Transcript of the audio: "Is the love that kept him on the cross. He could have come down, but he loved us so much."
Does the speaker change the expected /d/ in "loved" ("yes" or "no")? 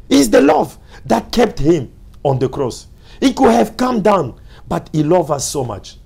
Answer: yes